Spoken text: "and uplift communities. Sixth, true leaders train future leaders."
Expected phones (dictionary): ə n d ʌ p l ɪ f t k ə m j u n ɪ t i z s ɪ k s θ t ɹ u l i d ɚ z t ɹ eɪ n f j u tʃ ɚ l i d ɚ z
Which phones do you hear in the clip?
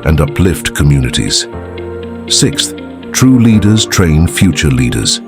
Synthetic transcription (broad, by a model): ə n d ʌ p l ɪ f t k ə m j u n ɪ t i z s ɪ k s θ t ɹ u l i d ɚ z t ɹ eɪ n f j u tʃ ɚ l i d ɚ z